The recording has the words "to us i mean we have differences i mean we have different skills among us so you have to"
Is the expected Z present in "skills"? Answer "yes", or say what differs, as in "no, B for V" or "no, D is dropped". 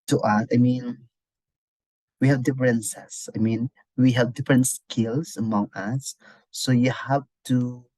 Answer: no, S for Z